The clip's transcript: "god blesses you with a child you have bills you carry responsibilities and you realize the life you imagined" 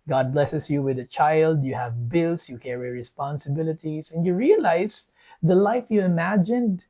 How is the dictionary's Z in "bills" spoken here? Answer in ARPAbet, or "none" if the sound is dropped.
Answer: S